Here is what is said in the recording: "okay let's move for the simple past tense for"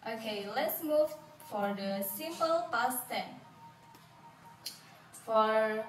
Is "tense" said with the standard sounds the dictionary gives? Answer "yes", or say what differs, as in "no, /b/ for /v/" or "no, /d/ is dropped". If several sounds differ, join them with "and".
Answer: no, /s/ is dropped